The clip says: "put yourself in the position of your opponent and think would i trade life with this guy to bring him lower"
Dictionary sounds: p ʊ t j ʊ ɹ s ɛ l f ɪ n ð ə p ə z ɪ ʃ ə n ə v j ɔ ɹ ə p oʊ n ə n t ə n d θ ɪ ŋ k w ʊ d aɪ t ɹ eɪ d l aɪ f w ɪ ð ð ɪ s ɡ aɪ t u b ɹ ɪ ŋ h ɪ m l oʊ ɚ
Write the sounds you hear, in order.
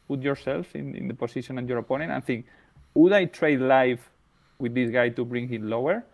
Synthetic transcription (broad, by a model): p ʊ t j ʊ ɹ s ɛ l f ɪ n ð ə p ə s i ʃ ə n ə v j ɔ ɹ ə p oʊ n ə n t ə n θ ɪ ŋ k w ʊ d aɪ t ɹ eɪ d l aɪ f w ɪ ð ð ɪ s ɡ aɪ t u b ɹ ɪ ŋ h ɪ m l oʊ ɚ